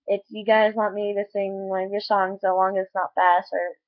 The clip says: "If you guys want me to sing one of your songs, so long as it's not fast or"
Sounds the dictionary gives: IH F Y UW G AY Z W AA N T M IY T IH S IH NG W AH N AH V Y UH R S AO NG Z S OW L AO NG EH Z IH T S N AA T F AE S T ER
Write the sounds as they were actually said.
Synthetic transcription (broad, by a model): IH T Y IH G AY Z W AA T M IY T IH S IH NG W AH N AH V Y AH R S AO NG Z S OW L AO NG IH T S N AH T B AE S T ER